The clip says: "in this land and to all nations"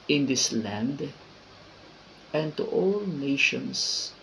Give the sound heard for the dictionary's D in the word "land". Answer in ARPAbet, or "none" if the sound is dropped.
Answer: D